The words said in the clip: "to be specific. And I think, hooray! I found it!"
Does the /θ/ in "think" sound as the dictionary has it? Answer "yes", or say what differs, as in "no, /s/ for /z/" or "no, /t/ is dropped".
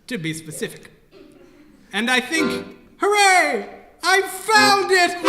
yes